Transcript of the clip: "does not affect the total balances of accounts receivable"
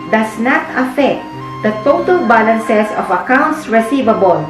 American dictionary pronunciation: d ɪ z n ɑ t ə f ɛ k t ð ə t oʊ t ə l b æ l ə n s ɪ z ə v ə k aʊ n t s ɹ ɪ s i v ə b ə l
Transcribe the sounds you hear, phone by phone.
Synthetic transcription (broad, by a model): d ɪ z n ɑ t ə f ɛ k t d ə t oʊ t ə l b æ l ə n s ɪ s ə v ə k aʊ n t s ɹ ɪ s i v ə b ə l